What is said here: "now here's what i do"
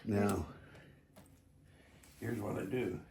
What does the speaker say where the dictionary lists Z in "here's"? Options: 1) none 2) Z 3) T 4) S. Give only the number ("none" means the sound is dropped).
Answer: 2